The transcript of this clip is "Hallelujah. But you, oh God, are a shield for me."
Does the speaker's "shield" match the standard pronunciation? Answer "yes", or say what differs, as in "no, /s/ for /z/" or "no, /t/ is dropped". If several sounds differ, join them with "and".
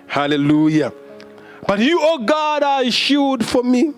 no, /l/ is dropped